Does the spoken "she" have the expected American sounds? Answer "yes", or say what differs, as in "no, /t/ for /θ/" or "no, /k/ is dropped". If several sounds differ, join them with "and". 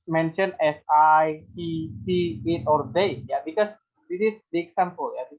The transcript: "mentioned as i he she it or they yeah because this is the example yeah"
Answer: no, /s/ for /ʃ/